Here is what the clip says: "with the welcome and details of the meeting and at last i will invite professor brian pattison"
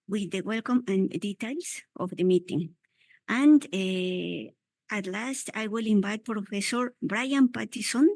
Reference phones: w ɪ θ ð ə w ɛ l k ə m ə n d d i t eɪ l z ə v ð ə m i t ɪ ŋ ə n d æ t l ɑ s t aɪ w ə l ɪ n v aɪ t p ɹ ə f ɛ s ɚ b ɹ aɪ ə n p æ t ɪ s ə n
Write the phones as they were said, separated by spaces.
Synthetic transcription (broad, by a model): w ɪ ð ə w ɛ l k ə m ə n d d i t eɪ l s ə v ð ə m i t ɪ ŋ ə n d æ t l ɑ s t aɪ w ə l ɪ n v aɪ t p ɹ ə f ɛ s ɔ b ɹ aɪ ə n p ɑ t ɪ s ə n